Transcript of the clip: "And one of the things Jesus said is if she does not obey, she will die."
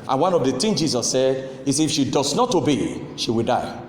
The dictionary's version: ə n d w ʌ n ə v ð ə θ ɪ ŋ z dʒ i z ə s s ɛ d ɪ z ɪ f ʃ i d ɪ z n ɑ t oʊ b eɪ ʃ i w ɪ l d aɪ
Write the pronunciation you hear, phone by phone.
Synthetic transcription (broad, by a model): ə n w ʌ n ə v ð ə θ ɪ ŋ dʒ i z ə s s ɛ d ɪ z ɪ f ʃ i d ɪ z n ɑ t oʊ b eɪ ʃ i w ɪ l d aɪ